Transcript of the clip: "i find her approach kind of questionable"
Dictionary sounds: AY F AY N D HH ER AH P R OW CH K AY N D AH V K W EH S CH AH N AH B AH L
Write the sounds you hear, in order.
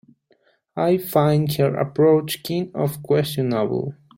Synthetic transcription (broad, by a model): AY F AY N D HH ER AH P R OW CH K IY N AH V K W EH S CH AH N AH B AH L